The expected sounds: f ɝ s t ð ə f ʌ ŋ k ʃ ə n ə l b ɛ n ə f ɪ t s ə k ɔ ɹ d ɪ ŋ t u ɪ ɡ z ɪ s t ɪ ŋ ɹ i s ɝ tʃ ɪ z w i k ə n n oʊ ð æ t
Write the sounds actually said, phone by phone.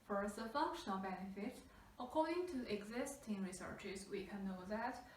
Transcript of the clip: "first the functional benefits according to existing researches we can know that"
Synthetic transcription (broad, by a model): f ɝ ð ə f ʌ ŋ k ʃ ə n ə l b ɛ n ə f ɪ t ə k ɔ ɹ d ɪ ŋ t u ɪ ɡ z ɪ s t ɪ ŋ ɹ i s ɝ tʃ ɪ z w i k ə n n oʊ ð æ t